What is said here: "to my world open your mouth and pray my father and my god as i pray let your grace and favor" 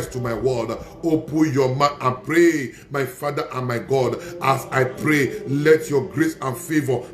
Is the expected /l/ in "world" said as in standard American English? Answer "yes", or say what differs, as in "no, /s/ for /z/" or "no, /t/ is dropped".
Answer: no, /l/ is dropped